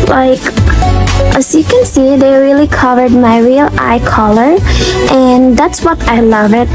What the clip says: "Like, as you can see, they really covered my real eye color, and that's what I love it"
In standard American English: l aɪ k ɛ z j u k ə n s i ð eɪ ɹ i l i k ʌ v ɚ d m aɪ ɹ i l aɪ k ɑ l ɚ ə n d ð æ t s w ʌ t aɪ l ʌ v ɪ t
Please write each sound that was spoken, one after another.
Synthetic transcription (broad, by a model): l aɪ k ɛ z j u k ə n s i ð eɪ ɹ i l i k ʌ v ɚ d m aɪ ɹ i l aɪ k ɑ l ɚ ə n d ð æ t s w ʌ t aɪ l ʌ v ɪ t